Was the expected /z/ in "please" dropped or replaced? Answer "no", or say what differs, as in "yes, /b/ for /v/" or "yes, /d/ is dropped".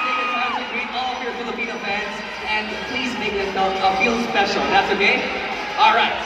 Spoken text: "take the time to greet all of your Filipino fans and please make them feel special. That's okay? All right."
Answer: no